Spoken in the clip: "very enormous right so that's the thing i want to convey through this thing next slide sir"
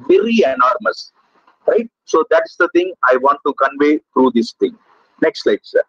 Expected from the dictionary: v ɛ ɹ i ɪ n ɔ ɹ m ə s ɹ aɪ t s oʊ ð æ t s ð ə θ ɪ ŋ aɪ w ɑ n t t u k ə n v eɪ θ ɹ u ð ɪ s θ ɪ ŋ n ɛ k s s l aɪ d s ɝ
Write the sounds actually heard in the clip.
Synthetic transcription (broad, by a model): v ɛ ɹ i ɪ n ɔ ɹ m ə s ɹ aɪ t s oʊ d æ t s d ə t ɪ ŋ aɪ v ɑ n t t u k ə n v eɪ t ɹ u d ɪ s t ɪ ŋ n ɛ k s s l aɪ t s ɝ